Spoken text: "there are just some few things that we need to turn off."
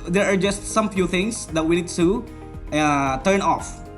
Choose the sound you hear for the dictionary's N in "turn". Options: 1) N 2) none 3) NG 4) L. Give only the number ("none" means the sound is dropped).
1